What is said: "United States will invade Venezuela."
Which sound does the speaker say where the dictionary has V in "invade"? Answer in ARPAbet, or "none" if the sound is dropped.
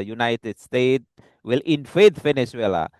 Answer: F